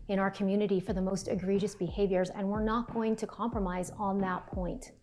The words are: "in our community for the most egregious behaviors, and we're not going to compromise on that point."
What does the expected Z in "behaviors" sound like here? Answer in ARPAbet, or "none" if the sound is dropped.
Z